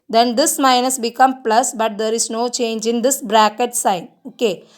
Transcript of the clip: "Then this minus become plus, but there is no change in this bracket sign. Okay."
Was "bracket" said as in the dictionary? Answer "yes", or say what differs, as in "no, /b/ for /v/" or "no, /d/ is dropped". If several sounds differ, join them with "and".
yes